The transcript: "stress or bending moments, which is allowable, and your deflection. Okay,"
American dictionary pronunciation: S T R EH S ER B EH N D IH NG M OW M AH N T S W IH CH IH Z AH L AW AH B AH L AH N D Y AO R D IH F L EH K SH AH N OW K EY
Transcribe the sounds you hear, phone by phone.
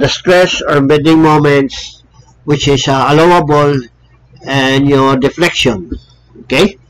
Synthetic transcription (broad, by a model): S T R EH S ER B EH D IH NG M OW M AH N T S W IH CH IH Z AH L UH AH B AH L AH N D Y AO R D IH F L EH K SH AH N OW K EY